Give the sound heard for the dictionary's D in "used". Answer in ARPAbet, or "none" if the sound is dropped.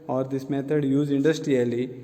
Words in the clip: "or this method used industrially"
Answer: none